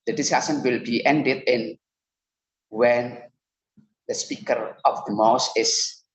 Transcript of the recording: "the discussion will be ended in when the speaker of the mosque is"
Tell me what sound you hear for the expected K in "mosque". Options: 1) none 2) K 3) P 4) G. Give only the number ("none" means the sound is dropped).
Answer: 1